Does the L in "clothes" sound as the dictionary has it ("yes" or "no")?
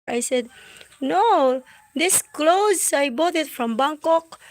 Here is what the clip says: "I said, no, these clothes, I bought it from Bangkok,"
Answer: yes